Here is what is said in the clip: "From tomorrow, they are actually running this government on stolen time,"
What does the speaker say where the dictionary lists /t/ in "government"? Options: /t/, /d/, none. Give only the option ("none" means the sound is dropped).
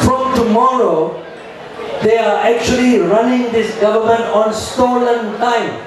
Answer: /t/